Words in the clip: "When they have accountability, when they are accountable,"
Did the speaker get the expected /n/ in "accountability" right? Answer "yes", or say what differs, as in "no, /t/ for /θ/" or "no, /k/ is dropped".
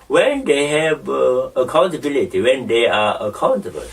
yes